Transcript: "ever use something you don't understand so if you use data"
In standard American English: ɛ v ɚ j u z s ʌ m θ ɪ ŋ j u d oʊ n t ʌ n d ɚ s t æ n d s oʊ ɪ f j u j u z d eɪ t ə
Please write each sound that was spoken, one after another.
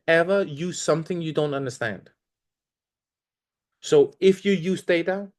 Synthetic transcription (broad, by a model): ɛ v ɚ j u z s ʌ m θ ɪ ŋ j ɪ d oʊ n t ʌ n d ɚ s t æ n d s oʊ ɪ f j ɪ j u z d eɪ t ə